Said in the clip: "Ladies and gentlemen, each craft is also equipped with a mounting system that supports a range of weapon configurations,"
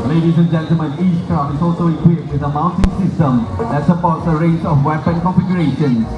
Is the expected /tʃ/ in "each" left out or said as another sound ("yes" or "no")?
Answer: yes